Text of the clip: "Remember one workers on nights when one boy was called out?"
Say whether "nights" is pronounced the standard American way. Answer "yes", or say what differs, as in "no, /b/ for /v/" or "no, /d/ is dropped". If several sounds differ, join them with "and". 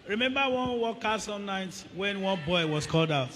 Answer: no, /s/ is dropped